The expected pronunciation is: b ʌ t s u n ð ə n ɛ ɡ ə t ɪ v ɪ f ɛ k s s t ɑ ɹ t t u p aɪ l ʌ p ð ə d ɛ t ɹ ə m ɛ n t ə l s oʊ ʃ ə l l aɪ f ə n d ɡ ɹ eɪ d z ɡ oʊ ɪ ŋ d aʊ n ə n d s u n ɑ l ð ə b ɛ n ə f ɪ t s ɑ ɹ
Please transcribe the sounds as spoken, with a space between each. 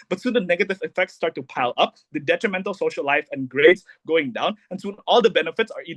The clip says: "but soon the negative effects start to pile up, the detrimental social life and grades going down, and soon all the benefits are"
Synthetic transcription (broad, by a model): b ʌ t s u n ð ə n ɛ ɡ ə t ɪ v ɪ f ɛ k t s t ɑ ɹ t t u p aɪ l ʌ p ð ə d ɛ t ɹ ə m ɛ n t ə l s oʊ ʃ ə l l aɪ f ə n ɡ ɹ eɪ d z ɡ oʊ ɪ ŋ d aʊ n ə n s u n ɑ l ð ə b ɛ n ə f ɪ t s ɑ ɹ